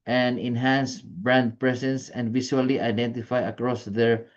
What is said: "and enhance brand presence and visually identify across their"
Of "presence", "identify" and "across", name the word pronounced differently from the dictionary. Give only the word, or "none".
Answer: presence